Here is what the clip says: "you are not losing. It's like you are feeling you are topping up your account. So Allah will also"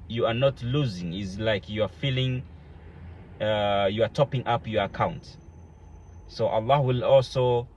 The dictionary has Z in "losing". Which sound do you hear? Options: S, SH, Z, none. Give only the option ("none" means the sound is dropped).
Z